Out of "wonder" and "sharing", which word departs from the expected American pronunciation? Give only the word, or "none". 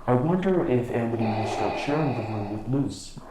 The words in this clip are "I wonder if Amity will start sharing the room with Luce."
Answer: none